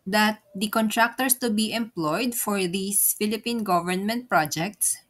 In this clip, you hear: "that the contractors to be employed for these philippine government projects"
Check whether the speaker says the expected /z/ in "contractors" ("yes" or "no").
no